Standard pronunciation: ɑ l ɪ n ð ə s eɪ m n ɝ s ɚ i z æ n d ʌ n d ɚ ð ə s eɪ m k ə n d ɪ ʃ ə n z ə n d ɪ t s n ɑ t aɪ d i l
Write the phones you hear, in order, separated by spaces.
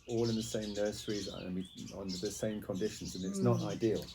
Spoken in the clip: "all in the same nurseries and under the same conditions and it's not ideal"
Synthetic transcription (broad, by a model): ɑ l ɪ n ð ə s eɪ m n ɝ s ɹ i z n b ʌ n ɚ ð ə s eɪ m k ə n d ɪ ʃ ə n z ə n ɪ t s n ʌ t aɪ d i l